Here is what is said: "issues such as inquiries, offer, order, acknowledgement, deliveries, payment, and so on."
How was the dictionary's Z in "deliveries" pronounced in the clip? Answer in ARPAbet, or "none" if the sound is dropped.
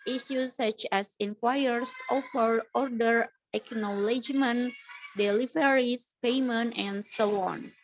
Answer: S